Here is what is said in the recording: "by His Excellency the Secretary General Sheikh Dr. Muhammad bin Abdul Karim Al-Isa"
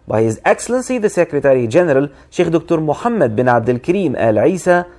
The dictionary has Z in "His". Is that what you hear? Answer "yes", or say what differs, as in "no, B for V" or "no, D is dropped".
yes